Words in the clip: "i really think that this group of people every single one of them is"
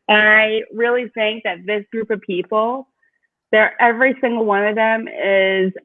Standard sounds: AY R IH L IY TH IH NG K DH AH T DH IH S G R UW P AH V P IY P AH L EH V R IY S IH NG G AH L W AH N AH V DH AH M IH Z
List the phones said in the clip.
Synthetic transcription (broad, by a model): AY R IH L IY TH IH NG K DH AH T DH IH S G R UW P AH V P IY P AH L EH V R IY S IH NG G L W AH N AH V DH AH M IH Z